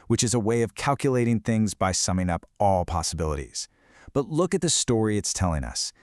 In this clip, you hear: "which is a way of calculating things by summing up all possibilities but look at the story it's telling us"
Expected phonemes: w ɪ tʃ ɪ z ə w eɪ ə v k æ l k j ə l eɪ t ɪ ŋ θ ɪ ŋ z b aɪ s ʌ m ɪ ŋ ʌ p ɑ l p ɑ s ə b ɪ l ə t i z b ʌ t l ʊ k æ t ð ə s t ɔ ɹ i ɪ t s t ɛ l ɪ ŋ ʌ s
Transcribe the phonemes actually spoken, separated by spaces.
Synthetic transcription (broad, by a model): w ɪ tʃ ɪ z ə w eɪ ə v k æ l k j ə l eɪ t ɪ ŋ θ ɪ ŋ z b aɪ s ʌ m ɪ ŋ ʌ p ɑ l p ɑ s ə b ɪ l ə t i z b ʌ t l ʊ k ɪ t ð ə s t ɔ ɹ i ɪ t s t ɛ l ɪ ŋ ʌ s